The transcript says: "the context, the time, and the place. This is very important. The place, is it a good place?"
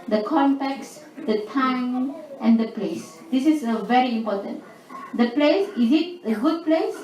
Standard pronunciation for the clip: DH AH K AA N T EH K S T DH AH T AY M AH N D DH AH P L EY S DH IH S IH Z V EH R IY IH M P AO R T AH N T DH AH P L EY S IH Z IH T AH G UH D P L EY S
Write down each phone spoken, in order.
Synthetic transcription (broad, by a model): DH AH K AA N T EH K S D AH T AY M AH N D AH P L EY S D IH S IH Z V EH R IY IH M P AO T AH N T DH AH P L EY S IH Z IH T AH G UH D P L EY S